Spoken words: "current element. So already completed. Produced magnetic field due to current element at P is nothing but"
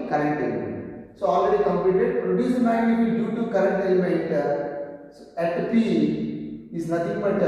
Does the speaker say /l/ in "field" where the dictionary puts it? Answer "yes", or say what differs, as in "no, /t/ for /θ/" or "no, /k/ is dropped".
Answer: no, /l/ is dropped